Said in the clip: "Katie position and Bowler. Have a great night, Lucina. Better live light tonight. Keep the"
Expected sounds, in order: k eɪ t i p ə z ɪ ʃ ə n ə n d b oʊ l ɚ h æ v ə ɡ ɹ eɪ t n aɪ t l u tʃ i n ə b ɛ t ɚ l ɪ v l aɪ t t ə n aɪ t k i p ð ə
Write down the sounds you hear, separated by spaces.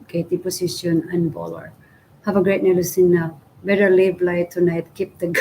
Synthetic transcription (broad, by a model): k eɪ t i p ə s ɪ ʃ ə n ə n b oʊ l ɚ h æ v ə ɡ ɹ eɪ t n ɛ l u s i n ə b ɛ t ɚ l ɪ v l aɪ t t ə n aɪ t k i p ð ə